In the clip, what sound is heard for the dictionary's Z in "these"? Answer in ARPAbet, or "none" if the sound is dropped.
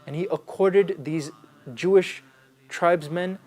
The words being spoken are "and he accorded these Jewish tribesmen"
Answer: Z